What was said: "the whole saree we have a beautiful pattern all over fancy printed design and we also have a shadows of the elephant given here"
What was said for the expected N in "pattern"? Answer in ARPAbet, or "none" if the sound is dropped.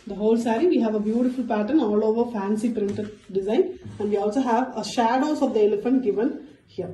N